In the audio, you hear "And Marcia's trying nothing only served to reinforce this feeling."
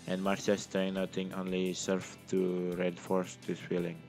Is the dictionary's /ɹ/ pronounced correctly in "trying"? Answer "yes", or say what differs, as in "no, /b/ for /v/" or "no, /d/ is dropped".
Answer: no, /ɹ/ is dropped